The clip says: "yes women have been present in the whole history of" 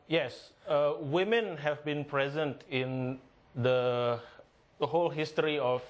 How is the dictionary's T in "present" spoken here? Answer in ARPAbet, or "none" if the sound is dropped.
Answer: T